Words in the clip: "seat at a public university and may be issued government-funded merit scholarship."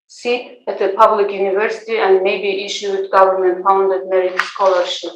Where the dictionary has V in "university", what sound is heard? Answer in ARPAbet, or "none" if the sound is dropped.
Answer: V